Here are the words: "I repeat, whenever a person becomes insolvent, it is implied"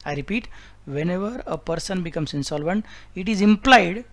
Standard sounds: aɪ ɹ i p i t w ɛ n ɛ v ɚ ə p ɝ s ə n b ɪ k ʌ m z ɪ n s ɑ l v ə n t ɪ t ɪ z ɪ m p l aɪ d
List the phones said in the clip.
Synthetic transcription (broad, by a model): aɪ ɹ i p i t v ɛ n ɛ v ɚ ə p ɝ s ə n b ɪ k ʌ m s ɪ n s ɑ l v ə n t ɪ t ɪ z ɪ m p l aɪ d